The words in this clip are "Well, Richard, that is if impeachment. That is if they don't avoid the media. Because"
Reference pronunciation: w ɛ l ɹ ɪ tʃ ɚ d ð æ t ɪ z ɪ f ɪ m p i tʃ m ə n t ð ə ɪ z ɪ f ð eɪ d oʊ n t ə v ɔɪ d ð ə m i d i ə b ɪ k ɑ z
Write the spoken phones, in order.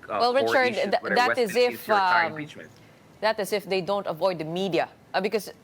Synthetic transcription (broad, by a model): w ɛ l ɹ ɪ tʃ ɚ d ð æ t ɪ z ɪ f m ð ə t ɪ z ɪ f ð eɪ d oʊ n t ə v ɔɪ d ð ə m i d i ə b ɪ k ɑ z